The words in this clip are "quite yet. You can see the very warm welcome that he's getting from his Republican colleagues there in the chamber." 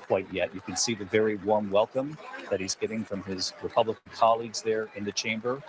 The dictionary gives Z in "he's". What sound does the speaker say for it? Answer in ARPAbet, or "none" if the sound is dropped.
Z